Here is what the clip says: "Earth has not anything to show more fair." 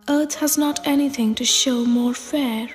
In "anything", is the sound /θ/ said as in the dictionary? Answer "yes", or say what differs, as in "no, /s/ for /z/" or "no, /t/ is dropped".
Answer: yes